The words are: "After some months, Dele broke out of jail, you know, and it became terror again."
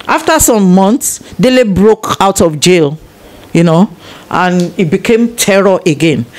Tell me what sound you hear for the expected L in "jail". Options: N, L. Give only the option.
L